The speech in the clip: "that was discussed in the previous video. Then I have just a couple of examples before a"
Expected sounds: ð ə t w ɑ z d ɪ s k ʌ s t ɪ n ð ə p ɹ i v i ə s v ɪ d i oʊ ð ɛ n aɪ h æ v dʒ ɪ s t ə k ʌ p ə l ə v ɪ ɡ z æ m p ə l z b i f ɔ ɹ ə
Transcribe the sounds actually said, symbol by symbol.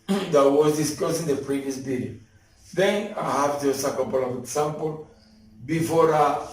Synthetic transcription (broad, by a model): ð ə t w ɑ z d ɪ s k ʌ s ɪ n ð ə p ɹ i v i ə s b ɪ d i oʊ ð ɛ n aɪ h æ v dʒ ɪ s ə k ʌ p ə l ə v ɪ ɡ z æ m p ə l b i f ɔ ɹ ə